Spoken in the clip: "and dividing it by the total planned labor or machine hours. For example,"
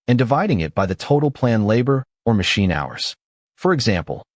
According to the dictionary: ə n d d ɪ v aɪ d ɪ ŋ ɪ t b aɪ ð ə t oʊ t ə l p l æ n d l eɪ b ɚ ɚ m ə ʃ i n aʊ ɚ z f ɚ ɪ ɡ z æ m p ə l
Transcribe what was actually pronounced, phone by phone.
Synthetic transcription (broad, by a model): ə n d d ɪ v aɪ d ɪ ŋ ɪ t b aɪ ð ə t oʊ t l p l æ n l eɪ b ɚ ɚ m ə ʃ i n aʊ ɚ z f ɚ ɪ ɡ z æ m p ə l